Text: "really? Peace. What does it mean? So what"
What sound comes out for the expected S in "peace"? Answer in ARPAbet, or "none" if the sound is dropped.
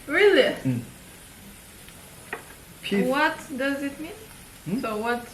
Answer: none